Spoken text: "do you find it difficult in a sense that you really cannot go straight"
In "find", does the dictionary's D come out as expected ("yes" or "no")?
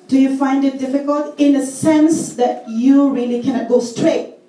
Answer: yes